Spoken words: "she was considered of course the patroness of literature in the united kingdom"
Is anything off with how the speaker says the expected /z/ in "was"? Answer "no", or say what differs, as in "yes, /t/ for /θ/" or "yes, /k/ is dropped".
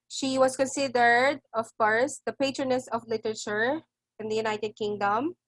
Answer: yes, /s/ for /z/